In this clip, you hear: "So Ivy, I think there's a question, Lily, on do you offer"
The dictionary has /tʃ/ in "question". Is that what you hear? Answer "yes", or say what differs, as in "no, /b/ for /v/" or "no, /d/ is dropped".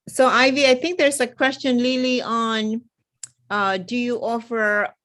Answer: yes